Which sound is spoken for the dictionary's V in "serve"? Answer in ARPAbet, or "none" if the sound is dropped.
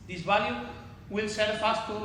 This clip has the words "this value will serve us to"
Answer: F